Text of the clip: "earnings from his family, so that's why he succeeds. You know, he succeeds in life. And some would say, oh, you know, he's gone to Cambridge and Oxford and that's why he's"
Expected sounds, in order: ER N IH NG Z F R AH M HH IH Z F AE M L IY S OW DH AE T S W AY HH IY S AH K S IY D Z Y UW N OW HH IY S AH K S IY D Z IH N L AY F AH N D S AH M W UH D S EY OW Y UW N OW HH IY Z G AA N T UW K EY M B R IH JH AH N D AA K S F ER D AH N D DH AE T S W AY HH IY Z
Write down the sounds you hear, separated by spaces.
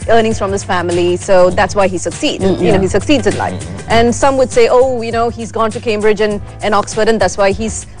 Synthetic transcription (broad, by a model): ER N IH NG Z F R AH M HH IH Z F AE M L IY S OW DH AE T S W AY HH IY S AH K S IY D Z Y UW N OW HH IY S AH K S IY D Z IH N L AY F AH N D S AH M W UH D S EY OW Y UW N OW HH IY Z G AA N T UW K EY M B R IH JH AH N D AA K S F ER D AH N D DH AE T S W AY HH IY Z